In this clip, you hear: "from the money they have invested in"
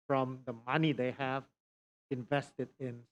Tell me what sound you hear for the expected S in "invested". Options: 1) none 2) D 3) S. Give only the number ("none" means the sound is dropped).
3